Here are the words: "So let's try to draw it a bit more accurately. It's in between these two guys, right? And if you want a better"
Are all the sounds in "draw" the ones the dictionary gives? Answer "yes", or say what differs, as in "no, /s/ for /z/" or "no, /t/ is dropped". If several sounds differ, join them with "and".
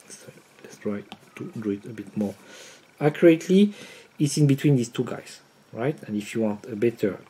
no, /ɹ/ is dropped